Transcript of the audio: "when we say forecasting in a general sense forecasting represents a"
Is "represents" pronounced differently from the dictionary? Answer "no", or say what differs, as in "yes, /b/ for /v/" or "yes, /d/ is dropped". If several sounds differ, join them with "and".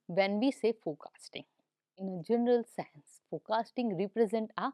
yes, /s/ is dropped